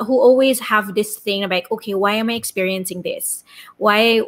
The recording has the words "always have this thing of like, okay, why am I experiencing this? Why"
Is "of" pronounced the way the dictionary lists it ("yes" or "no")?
no